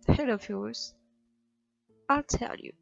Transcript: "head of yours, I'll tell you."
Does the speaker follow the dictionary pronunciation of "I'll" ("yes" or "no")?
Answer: yes